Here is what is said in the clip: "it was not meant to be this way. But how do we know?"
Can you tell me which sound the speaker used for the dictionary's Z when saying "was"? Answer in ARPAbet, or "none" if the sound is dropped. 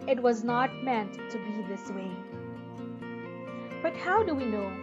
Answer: Z